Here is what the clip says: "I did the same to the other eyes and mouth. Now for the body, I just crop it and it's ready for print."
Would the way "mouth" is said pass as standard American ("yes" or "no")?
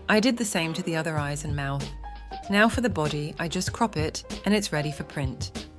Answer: yes